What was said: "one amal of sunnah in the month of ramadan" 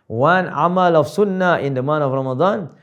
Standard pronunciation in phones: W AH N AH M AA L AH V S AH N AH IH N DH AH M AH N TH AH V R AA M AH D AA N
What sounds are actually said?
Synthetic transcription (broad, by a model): W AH N AH M AA L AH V S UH N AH IH N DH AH M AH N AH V R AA M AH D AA N